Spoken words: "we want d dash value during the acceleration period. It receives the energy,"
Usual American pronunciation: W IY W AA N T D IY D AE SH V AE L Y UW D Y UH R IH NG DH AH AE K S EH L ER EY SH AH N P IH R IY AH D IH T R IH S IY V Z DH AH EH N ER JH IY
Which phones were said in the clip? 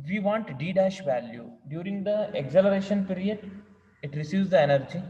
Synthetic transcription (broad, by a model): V IY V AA N T D IY D AE SH V AE L Y UW D Y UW R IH NG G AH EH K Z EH L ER EY SH AH N P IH R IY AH D IH T R IH S IY V Z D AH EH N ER JH IY